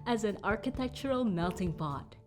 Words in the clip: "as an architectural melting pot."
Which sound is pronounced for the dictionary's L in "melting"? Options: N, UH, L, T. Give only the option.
L